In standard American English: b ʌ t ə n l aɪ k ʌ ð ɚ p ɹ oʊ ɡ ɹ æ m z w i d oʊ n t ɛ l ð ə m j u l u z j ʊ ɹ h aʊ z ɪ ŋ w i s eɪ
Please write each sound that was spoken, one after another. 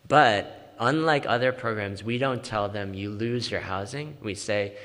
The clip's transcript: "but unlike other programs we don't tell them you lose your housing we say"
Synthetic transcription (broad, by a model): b ʌ t ə n l aɪ k ʌ ð ɚ p ɹ oʊ ɡ ɹ æ m z w i d oʊ n t ɛ l ð ə m j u l u z j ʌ ɹ h aʊ z ɪ ŋ w i s eɪ